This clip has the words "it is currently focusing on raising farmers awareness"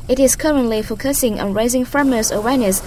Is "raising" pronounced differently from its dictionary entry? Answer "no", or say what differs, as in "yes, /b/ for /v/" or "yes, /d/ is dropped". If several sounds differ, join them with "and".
no